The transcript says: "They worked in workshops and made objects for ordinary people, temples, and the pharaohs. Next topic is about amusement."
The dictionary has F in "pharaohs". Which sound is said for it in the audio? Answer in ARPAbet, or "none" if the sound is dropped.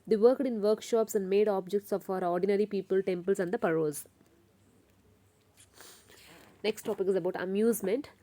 P